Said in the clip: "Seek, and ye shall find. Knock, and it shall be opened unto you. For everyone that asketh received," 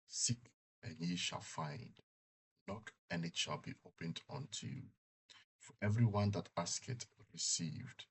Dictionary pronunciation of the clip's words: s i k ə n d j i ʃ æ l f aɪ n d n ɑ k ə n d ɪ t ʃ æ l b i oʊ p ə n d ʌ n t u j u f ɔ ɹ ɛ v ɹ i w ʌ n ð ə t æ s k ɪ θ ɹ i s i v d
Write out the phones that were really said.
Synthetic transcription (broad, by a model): s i k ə n j i ʃ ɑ l f aɪ n d n ɑ k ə n ɪ t ʃ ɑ l b i oʊ p ə n d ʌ n t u j u f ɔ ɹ ɛ v ɹ i w ʌ n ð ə t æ s k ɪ t ɹ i s i v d